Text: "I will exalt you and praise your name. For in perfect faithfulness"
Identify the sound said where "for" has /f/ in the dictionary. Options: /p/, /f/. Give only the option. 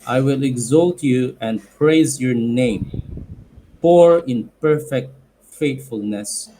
/p/